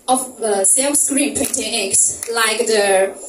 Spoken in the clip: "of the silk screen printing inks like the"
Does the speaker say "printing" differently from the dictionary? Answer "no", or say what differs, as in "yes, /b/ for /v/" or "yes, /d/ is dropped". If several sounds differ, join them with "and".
yes, /ɹ/ is dropped